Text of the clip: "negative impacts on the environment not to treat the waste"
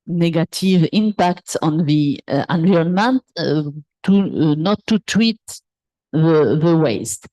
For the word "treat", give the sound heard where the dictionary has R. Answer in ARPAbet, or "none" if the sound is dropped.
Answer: W